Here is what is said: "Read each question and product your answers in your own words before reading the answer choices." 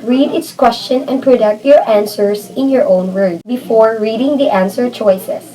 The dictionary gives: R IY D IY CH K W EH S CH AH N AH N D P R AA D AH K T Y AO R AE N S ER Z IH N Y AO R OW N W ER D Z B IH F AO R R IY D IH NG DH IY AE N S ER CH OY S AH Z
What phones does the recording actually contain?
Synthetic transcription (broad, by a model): R IY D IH S K W EH S CH AH N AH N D P R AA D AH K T Y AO R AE N S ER S IH N Y AO R OW N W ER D B IH F AO R R IY D IH NG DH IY AE N S ER CH OY S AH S